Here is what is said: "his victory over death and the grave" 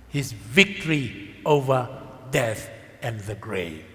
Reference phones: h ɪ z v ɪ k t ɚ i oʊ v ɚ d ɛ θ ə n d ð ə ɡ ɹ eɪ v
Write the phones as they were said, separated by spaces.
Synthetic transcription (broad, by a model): h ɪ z v ɪ k t ɚ i oʊ v ɚ d ɛ θ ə n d ð ə ɡ ɹ eɪ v